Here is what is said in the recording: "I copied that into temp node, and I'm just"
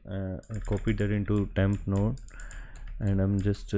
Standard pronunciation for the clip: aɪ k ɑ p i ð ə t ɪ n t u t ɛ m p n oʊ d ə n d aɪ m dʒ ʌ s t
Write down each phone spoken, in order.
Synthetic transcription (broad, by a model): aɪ k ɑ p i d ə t ɪ n t u t ɛ m p n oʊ ə n d aɪ m dʒ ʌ s t